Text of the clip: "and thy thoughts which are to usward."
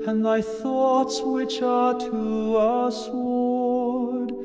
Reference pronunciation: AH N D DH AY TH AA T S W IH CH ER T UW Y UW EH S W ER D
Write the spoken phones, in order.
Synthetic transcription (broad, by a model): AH N DH AY TH AA T S W IH CH ER T UW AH S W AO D